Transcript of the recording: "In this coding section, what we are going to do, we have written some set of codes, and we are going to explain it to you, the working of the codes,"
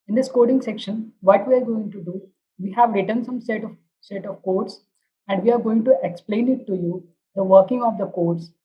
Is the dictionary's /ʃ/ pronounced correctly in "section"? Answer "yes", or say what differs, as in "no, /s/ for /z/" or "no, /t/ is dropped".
yes